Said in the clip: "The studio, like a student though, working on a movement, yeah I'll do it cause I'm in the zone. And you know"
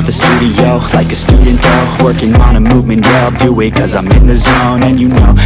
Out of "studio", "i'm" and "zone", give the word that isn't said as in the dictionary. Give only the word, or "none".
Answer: none